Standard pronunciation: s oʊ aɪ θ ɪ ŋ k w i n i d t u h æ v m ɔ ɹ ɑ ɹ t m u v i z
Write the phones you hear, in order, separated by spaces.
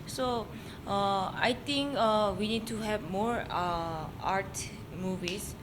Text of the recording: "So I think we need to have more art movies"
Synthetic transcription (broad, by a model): s oʊ aɪ t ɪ ŋ k w i n i d t u h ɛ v m ɔ ɹ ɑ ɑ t m u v i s